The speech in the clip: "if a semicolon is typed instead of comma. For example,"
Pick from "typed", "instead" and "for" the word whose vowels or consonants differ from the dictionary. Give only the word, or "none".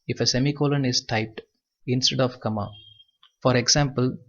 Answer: none